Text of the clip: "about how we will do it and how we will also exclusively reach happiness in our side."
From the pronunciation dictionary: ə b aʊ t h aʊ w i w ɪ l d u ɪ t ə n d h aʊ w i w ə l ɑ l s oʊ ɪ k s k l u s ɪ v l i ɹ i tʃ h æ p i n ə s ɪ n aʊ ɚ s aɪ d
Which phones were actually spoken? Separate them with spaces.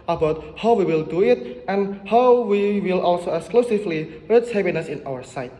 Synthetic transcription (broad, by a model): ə b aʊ t h aʊ w i w ɪ l d u ɪ t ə n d h aʊ w i w ə l ɑ l s oʊ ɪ k s k l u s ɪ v l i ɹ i s h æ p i n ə s ɪ n aʊ ɚ s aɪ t